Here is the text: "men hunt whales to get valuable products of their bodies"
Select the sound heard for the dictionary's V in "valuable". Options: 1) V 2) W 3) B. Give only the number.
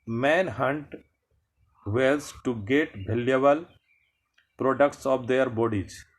3